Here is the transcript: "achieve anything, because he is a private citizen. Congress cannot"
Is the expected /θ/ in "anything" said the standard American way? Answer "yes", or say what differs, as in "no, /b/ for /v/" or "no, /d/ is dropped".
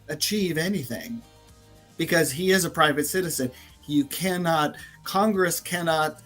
yes